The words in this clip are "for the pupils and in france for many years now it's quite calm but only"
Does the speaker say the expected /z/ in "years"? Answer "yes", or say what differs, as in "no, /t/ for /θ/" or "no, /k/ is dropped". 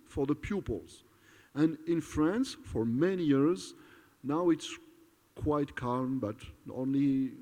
yes